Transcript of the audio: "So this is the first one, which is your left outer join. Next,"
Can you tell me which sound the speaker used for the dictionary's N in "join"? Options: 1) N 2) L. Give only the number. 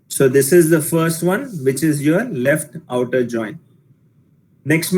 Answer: 1